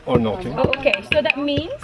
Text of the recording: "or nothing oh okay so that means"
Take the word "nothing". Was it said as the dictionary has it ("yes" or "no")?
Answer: no